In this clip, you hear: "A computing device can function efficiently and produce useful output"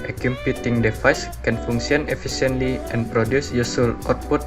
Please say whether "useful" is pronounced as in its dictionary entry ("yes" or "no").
no